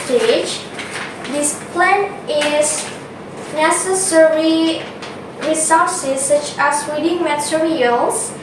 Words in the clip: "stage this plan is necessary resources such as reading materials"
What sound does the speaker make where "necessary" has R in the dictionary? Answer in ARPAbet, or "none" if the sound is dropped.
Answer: R